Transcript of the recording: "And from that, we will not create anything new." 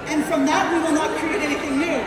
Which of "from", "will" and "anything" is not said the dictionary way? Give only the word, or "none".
none